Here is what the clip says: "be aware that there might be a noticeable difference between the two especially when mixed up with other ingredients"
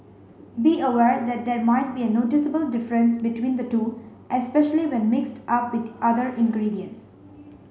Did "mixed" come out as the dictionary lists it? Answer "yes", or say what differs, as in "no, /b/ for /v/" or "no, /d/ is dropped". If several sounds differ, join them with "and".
yes